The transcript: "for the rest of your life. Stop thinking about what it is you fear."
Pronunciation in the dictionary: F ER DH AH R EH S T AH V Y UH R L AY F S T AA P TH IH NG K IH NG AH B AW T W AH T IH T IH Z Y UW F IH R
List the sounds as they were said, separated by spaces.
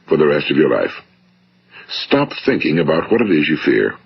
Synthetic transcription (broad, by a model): F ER DH AH R EH S T AH V Y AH R L AY F S T AA P TH IH NG K IH NG AH B AW T W AH T IH T IH Z Y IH F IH R